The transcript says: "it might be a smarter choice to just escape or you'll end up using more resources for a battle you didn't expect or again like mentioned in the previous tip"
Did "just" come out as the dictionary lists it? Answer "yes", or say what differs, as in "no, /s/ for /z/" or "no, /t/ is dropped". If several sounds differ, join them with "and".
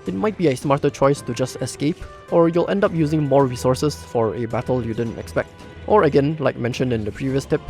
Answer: yes